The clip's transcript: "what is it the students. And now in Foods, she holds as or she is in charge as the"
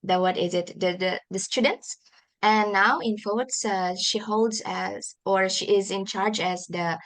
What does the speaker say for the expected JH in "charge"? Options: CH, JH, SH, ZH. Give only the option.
JH